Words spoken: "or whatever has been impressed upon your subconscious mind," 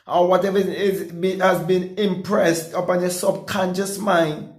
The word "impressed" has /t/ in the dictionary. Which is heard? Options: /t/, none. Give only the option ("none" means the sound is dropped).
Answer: /t/